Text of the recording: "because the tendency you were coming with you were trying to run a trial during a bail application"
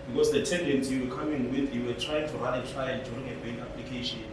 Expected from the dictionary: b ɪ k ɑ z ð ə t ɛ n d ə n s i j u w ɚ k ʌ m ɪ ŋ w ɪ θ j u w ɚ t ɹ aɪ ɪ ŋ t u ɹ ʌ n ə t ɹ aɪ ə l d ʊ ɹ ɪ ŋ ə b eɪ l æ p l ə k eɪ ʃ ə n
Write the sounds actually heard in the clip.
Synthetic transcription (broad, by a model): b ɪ k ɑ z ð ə t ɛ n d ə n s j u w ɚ k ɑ m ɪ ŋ w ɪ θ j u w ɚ t ɹ aɪ ɪ ŋ t u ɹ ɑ ə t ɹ aɪ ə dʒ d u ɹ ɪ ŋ ə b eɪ n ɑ p l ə k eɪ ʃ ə n